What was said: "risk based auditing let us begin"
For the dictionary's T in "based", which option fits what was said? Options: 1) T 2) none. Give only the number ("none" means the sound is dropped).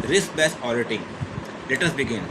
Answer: 2